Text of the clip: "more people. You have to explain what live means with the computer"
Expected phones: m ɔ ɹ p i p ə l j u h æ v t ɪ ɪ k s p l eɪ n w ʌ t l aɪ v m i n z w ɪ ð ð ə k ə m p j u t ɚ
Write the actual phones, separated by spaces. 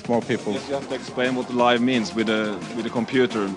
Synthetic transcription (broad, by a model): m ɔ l p i p ə l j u h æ f t ɪ ɪ k s p l eɪ n w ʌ t l aɪ v m i n z w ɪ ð ð ə k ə m p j u t ɚ